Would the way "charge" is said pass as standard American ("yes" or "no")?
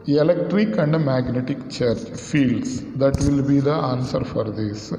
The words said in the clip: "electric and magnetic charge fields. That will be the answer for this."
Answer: no